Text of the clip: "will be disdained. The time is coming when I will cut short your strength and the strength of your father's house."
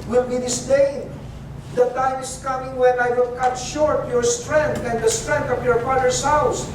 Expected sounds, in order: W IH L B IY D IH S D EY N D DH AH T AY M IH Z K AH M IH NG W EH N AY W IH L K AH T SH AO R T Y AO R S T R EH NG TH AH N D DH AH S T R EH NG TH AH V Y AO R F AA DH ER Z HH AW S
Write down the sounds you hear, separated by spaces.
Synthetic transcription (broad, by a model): W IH L B IY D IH S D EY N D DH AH T AY M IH S K AH M IH NG W EH N AY W IH L K AH T SH AO R T Y AO R S T R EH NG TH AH N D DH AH S T R EH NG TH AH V Y AO R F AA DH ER S HH AW S